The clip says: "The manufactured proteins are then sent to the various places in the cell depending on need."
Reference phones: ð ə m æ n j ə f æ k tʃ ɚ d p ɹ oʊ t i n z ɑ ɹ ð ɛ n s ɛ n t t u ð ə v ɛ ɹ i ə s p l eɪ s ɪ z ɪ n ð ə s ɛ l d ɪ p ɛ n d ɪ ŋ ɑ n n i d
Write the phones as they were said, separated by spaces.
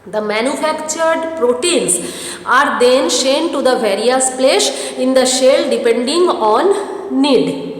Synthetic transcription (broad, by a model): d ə m æ n j ə f æ k tʃ ɚ d p ɹ oʊ t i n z ɑ ɹ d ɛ n ʃ ɛ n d t u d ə v ɛ ɹ i ə s p l eɪ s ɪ ɪ n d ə ʃ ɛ l d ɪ p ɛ n d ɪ ŋ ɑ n n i d